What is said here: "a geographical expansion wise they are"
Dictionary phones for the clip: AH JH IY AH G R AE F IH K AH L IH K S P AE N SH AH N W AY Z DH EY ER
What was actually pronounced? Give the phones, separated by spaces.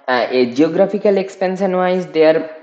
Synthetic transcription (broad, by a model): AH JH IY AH G R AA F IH K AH L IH K S P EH N S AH N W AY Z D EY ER